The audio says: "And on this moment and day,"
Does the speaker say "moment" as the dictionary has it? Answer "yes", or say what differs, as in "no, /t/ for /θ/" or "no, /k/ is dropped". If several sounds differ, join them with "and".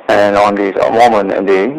no, /t/ is dropped